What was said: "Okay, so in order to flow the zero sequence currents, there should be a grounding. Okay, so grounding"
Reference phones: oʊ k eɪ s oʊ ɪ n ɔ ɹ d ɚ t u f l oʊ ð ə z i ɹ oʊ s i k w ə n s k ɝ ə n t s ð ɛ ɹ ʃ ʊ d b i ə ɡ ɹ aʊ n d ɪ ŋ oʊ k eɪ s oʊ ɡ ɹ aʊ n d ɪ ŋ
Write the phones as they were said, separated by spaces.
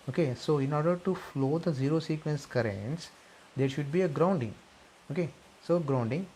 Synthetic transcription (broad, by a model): oʊ k eɪ s oʊ ɪ n ɔ ɹ d ɚ t u f l oʊ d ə z i ɹ oʊ s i k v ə n s k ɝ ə n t s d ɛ ɹ ʃ ʊ d b i ə ɡ ɹ aʊ n d ɪ ŋ oʊ k eɪ s oʊ ɡ ɹ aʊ n d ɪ ŋ